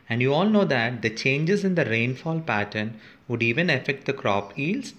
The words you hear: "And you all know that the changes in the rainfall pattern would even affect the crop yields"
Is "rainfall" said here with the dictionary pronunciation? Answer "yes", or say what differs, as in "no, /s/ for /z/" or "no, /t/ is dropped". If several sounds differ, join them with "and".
yes